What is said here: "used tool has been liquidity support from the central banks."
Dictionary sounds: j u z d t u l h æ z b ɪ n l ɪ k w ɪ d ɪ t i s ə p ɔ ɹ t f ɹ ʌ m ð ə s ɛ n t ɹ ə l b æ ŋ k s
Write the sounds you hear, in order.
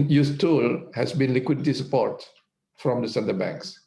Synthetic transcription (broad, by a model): j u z t u l h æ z b ɪ n l ɪ k w ɪ d ɪ t i s ə p ɔ ɹ t f ɹ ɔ m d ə s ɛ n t ə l b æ ŋ k s